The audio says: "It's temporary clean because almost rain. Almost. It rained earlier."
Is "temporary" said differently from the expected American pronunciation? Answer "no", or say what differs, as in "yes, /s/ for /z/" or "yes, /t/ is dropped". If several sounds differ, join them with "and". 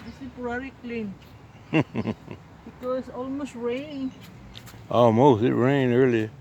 yes, /m/ is dropped